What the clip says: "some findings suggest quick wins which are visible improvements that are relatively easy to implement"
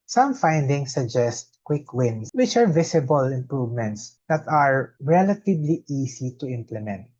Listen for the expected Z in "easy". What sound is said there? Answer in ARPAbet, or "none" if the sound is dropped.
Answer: S